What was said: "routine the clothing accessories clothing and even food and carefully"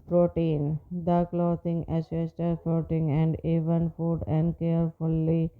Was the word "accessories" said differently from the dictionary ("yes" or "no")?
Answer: yes